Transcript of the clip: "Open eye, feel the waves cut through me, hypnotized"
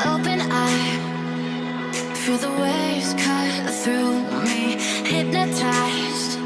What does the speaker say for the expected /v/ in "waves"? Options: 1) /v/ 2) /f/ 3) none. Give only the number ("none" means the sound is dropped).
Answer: 3